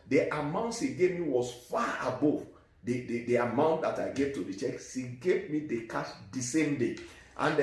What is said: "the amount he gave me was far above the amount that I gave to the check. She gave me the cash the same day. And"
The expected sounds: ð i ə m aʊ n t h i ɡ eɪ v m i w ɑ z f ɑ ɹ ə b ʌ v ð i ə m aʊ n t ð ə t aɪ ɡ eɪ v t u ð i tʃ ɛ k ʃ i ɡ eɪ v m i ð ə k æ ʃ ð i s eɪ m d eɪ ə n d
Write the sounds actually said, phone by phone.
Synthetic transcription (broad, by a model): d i ə m aʊ n t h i ɡ eɪ v m i w ɑ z f ɑ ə b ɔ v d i ə m aʊ n t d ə t aɪ ɡ eɪ v t u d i tʃ ɛ k s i ɡ eɪ v m i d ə k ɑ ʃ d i s eɪ m d eɪ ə n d